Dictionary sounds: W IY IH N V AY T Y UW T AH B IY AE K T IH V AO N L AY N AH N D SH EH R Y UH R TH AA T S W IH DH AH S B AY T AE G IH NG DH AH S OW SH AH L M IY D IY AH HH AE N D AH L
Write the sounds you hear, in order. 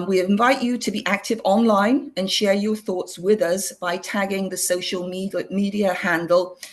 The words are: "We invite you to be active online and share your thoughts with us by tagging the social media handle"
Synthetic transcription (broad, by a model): W IY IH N V AY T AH T AH B IY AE K T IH V AO N L AY N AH N SH EH R Y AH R TH AA T S W IH DH AH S B AY T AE G IH NG DH AH S OW SH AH L M IY D IY AH HH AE N D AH L